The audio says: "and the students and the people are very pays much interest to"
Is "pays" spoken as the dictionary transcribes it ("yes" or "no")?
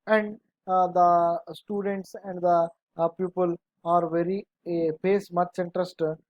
no